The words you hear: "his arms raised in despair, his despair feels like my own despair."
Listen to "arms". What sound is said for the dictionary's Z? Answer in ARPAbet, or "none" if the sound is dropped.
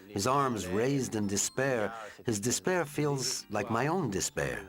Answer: Z